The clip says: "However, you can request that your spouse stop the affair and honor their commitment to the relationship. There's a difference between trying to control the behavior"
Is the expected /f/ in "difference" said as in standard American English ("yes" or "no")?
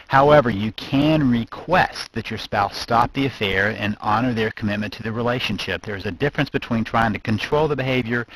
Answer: yes